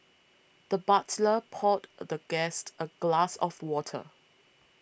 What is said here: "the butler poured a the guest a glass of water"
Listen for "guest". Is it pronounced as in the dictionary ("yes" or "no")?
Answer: yes